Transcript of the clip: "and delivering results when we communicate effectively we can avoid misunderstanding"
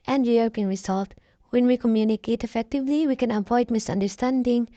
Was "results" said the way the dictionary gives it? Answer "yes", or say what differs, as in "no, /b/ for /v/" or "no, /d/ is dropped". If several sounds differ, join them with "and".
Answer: no, /s/ is dropped